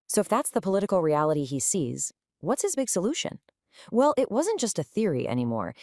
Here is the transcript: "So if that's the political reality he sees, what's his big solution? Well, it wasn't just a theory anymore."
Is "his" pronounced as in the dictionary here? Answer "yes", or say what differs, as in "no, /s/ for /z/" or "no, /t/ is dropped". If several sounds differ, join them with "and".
yes